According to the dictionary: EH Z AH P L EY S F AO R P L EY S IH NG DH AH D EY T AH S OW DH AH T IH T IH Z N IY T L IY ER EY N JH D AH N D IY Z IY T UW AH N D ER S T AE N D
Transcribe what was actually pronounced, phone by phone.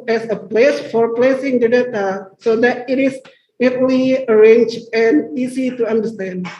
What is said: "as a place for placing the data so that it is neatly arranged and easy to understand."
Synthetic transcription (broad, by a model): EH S AH P L EY S F AO R P L EY S IH NG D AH D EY T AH S OW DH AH T IH T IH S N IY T L IY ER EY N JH AH N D IY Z IY T UW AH N D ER S T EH N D